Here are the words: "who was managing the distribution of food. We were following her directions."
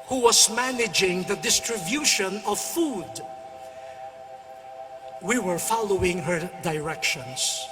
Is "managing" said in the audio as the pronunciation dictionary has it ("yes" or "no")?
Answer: yes